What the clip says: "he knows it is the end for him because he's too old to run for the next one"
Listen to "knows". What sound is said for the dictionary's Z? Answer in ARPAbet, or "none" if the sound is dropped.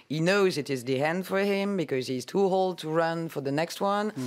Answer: Z